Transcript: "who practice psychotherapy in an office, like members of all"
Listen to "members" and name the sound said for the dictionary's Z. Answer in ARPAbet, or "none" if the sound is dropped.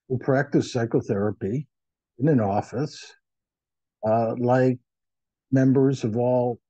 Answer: Z